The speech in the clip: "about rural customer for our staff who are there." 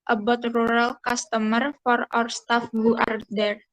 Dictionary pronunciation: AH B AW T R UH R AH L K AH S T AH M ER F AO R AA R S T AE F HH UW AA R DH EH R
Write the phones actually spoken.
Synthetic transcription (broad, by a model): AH B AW T R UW R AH L K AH S T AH M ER F AO R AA W S T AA F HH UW AA R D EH R